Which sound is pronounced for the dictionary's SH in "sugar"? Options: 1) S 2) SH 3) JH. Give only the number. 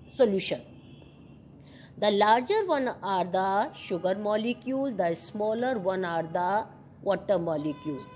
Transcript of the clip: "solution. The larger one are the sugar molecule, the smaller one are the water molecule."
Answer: 2